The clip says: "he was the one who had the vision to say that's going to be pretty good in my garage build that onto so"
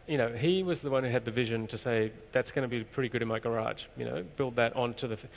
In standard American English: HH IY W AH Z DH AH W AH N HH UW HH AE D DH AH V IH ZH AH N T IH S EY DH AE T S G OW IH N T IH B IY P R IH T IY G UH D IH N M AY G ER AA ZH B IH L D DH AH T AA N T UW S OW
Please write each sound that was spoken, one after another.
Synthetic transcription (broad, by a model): HH IY W AH Z DH AH W AH N HH UW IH D DH AH V IH ZH AH N T IH S EY DH AE T S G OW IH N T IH B IY P R IH T IY G UH D IH N M AY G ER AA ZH B IH L D DH AH T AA N T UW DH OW